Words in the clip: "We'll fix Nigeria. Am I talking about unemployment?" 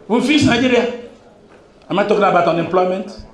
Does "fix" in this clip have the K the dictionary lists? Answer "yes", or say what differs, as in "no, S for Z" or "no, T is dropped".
no, K is dropped